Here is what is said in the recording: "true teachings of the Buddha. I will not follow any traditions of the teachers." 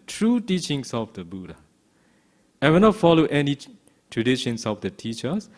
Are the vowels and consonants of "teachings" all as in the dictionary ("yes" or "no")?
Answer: no